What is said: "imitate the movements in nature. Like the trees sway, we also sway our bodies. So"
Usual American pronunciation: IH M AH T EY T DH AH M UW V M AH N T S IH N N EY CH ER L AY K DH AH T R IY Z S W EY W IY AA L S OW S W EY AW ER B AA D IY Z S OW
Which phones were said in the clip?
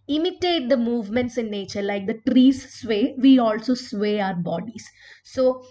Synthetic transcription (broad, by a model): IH M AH T EY T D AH M UW V M AH N T S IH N N EY CH ER L AY K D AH T R IY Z S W EY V IY AA L S OW S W EY AW ER B AA D IY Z S OW